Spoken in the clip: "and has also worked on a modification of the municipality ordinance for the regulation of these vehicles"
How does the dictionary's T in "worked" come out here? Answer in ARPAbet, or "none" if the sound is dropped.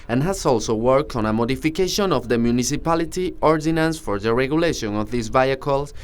T